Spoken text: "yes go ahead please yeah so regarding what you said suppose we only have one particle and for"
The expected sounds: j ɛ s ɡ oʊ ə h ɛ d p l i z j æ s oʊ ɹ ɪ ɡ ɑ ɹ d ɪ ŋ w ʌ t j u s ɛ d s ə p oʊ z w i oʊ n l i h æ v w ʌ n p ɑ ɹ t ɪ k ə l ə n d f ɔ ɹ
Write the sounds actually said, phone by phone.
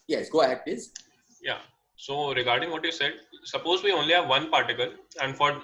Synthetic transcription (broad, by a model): j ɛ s ɡ oʊ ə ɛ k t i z j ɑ s oʊ ɹ ɪ ɡ ɑ ɹ d ɪ ŋ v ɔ t j u s ɛ d s ə p oʊ z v i oʊ n l i h æ v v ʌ n p ɑ ɹ t ɪ k ə l ə n d f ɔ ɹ